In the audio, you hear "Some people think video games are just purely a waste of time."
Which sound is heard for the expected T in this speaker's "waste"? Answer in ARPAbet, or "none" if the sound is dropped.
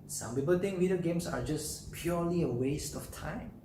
T